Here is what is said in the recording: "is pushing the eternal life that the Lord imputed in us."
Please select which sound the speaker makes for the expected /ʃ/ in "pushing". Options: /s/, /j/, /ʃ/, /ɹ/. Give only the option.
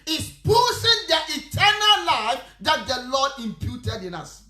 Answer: /s/